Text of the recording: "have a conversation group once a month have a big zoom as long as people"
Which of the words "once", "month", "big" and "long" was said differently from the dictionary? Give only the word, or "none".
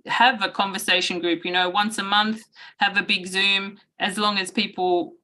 none